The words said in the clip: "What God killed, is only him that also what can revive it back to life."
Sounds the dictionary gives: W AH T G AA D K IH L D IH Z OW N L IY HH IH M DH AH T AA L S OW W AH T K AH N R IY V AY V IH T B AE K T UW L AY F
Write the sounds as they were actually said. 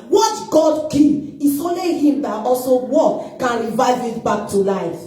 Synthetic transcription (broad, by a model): W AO T G AA D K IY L IH S OW N L IY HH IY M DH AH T AA L S OW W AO K AH N R IY V AY V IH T B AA K T UW L AY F